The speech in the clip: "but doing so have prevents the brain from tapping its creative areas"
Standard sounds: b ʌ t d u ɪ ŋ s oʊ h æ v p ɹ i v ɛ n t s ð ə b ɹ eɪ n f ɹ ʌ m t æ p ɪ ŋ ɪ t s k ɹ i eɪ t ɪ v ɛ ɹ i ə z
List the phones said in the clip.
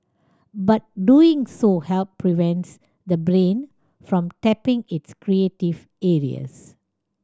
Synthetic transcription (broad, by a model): b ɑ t d u ɪ ŋ s oʊ h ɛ p p ɹ i v ɛ n t s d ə b ɹ eɪ n f ɹ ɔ m t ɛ p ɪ ŋ ɪ t s k ɹ i eɪ t ɪ v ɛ ɹ i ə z